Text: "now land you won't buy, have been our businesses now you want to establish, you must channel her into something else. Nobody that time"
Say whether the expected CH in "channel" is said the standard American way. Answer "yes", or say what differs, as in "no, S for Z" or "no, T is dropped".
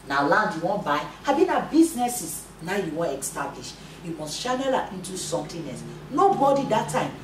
no, SH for CH